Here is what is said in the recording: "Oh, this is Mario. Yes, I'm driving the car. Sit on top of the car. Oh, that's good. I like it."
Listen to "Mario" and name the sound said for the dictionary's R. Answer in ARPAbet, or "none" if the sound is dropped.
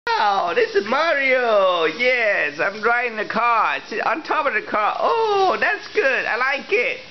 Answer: R